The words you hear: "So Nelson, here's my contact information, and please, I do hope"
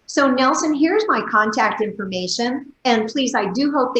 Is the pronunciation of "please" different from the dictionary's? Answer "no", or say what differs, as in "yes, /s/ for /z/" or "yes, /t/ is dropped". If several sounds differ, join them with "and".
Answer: no